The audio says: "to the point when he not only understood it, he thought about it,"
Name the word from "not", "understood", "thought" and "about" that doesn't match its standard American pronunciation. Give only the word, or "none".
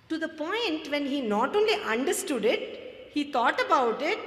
thought